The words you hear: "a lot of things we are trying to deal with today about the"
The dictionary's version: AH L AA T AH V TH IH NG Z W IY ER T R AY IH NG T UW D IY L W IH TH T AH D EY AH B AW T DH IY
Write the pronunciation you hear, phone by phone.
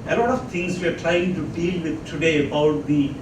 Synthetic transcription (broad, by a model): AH L AA T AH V T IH NG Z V IY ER T R AY IH NG T UW D IY L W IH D T AH D EY AH B AW T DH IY